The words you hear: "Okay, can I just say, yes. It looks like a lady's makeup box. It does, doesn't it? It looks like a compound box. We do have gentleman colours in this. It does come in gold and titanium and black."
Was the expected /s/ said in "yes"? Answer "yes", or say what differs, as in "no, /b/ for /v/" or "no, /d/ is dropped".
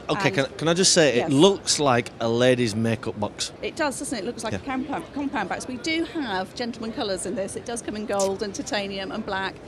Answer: no, /s/ is dropped